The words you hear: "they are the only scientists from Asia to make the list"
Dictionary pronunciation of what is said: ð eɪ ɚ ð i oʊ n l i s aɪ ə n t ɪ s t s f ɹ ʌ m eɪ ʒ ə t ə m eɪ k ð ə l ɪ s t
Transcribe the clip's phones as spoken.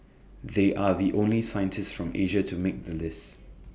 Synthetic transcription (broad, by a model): ð eɪ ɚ ð i oʊ n l i s aɪ ə n t ɪ s t s f ɹ ʌ m eɪ ʒ ə t ə m eɪ k ð ə l ɪ s t